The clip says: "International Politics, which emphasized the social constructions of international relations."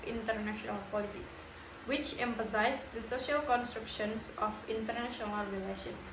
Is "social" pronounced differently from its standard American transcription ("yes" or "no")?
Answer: no